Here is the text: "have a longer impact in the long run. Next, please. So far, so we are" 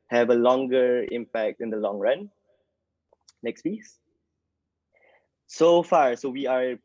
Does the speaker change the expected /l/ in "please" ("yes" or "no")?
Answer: yes